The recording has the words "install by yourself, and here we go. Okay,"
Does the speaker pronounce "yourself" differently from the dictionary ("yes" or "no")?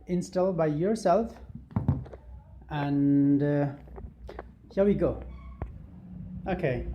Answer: no